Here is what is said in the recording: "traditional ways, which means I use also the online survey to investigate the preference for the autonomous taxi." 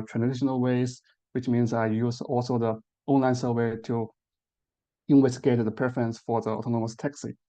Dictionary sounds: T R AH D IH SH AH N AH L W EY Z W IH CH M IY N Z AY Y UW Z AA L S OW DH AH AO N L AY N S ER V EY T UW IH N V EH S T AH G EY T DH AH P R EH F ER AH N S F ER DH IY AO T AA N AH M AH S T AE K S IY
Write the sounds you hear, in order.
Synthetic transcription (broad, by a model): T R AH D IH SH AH N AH L W EY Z W IH CH M IY N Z AY Y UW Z AA L S OW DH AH AO N L AY N S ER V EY T UW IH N W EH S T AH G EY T DH AH P R EH F ER AH N S F ER DH IY AO T AA N AH M AH S T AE K S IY